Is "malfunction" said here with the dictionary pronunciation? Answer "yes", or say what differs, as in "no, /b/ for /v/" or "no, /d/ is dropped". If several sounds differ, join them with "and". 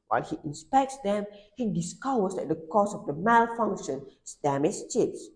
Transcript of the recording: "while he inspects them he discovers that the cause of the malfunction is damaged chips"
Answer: yes